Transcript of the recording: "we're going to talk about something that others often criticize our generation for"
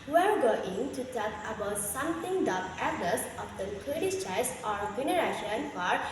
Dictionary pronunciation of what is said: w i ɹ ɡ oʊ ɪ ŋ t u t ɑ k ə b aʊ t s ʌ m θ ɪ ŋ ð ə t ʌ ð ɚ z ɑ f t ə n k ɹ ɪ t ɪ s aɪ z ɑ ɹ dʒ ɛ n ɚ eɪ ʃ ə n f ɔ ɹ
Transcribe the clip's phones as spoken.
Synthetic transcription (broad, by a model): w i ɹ ɡ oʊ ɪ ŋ t u t ɑ k ə b aʊ t s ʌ m t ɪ ŋ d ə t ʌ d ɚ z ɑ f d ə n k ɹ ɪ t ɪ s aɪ s ɑ ɹ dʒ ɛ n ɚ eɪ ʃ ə n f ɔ ɹ